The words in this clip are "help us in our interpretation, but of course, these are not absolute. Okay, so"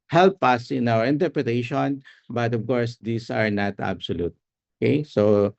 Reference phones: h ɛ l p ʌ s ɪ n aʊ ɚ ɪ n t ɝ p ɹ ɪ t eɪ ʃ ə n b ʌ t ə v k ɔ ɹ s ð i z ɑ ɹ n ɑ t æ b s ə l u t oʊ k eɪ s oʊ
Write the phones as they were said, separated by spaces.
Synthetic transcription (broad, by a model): h ɛ l p ʌ s ɪ n aʊ ɚ ɪ n t ɝ p ɹ ɪ t eɪ ʃ ə n b ʌ t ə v k ɔ ɹ s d i s ɑ ɹ n ɑ t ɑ b s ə l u t oʊ k eɪ s oʊ